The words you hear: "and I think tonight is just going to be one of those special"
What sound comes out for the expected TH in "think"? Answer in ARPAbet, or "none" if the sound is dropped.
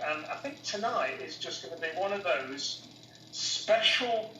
TH